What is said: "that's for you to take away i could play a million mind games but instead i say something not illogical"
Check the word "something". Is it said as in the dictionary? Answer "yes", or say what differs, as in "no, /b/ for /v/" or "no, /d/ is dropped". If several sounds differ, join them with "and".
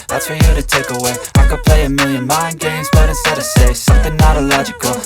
yes